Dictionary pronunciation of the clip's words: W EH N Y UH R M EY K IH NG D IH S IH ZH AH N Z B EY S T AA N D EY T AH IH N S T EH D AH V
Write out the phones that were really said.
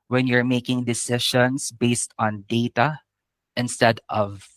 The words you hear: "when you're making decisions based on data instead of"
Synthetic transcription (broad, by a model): W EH N Y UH R M EY K IH NG D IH S IH SH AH N S B EY S T AA N D EY T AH IH N S T EH D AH V